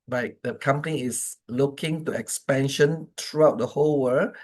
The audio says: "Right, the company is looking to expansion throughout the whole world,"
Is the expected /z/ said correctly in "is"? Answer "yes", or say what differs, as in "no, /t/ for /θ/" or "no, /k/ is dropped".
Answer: no, /s/ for /z/